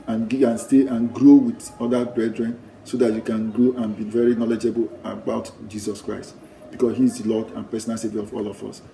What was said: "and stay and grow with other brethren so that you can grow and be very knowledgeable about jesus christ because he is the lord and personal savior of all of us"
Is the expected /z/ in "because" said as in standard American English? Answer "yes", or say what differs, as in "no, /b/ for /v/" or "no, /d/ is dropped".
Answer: no, /s/ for /z/